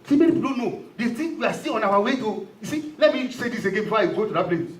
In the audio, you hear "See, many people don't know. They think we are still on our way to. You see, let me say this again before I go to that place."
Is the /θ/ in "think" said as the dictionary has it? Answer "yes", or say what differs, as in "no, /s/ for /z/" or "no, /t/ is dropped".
no, /t/ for /θ/